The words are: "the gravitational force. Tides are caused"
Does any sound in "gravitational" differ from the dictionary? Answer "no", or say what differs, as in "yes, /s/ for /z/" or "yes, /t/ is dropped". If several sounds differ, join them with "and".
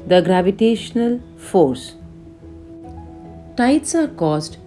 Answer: no